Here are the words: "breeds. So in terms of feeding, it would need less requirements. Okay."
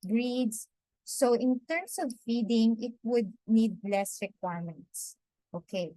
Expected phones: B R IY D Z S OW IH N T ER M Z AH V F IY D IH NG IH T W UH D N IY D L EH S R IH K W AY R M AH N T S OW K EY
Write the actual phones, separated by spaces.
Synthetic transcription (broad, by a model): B R IY D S S OW IH N T ER M S AH V F IY D IH NG IH T W UH D N IY D L EH S R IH K W AY R M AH N T S OW K EY